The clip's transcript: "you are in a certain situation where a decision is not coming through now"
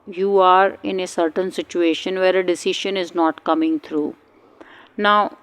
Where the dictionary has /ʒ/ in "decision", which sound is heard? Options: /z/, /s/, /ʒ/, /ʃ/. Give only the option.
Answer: /ʃ/